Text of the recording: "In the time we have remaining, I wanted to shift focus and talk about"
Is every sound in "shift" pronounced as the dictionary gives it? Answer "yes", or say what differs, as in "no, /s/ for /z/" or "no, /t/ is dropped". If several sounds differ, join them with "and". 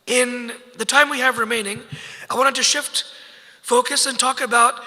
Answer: yes